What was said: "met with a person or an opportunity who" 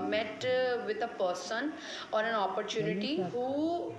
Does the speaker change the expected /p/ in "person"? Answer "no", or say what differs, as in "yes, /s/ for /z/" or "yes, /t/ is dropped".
no